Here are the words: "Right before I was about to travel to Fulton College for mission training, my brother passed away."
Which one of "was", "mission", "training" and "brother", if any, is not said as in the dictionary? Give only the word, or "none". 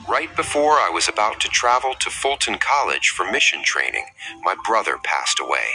none